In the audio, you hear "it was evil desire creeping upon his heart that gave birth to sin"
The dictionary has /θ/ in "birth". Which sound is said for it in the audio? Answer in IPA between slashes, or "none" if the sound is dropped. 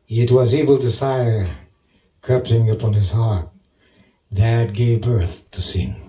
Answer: /θ/